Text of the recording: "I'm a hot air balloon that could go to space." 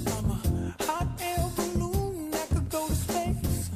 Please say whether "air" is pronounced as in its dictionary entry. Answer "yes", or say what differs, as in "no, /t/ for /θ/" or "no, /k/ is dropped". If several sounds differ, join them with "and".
no, /l/ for /ɹ/